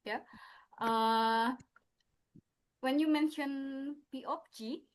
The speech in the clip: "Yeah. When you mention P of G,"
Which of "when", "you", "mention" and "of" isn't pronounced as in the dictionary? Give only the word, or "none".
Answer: of